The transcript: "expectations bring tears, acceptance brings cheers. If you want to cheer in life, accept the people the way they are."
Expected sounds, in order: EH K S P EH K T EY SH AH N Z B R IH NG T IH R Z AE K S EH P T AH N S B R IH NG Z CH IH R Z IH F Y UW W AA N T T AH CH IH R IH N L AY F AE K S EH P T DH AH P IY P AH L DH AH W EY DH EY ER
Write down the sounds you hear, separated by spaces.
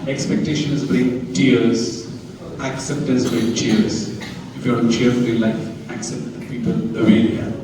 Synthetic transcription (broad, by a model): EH K S P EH K T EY SH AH N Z B R IH NG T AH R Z AE K S EH P T AH N S B R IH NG CH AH R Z IH F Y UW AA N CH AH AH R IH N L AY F AE K S EH P T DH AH P IY P AH L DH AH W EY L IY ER